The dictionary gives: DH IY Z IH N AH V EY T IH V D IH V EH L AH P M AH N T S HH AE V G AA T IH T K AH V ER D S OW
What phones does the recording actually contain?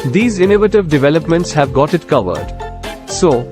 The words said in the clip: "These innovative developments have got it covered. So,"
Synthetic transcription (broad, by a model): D IY Z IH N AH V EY T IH V D IH V EH L AH P M AH N T S HH AE V G AA T IH T K AH V ER D S OW